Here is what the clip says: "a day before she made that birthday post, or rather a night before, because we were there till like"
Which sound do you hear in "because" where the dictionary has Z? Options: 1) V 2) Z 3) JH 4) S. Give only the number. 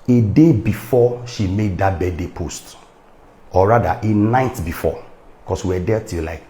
4